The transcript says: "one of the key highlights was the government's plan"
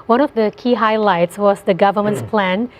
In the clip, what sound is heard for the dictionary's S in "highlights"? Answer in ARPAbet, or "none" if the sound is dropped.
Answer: S